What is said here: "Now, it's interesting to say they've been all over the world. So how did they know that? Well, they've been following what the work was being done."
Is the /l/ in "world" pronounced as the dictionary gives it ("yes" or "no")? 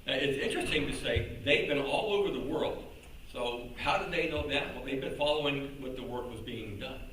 yes